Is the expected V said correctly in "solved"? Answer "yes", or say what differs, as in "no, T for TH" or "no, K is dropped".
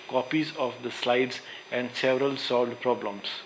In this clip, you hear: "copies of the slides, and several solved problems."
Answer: no, V is dropped